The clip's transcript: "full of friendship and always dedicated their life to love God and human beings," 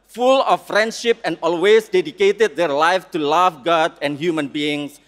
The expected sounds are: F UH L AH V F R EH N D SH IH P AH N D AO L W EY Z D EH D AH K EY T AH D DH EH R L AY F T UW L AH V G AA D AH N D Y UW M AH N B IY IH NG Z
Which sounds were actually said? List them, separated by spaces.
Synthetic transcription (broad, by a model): F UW L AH F R EH N D SH IH P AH N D AO L W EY S D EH D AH K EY T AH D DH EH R L AY F T UW L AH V G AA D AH N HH Y UW M AH N B IY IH NG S